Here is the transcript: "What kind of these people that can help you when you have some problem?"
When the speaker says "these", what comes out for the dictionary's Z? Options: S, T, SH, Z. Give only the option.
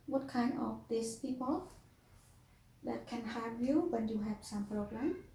S